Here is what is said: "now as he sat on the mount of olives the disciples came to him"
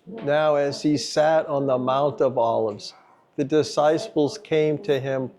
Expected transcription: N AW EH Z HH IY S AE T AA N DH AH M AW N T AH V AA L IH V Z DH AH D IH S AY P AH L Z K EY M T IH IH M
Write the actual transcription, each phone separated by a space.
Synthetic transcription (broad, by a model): N AW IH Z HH IY S AE T N DH AH M AW N T AH V AA L IH V Z DH AH D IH S AY P L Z K EY M T IH IH M